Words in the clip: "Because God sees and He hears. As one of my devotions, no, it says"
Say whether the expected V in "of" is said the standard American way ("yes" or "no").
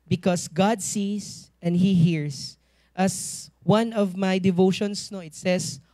yes